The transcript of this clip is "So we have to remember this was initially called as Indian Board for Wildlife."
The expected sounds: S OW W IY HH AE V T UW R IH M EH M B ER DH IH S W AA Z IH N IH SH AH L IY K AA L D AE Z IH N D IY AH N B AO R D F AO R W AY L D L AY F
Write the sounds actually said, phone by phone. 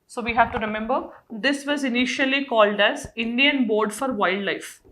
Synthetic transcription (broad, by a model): S OW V IY HH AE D T UW R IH M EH M B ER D IH S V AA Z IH N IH SH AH L IY K AA L D AE Z IH N D IY AH N B AO R D F AO R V AY L D L AY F